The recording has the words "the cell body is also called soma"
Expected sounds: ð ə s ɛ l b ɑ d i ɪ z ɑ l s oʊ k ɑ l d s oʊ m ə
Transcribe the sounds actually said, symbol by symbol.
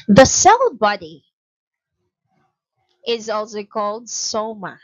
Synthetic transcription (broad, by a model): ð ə s ɛ l b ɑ d i ɪ z ɑ l s oʊ k ɑ l d s oʊ m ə